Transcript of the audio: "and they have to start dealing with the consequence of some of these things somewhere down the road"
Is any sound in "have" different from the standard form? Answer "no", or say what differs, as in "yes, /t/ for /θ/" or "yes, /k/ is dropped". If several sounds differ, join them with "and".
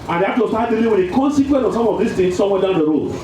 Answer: yes, /f/ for /v/